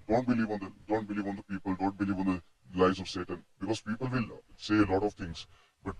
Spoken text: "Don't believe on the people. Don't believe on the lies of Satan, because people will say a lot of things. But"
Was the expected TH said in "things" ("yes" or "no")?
no